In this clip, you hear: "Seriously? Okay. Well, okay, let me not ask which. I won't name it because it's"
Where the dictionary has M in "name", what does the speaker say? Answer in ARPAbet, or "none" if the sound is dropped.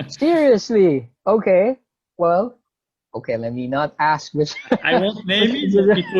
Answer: none